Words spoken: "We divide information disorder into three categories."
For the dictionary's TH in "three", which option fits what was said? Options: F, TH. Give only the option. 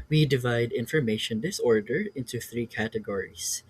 TH